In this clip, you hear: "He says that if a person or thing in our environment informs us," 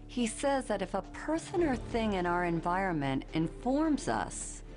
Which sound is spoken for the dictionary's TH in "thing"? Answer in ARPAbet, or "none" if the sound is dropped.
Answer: TH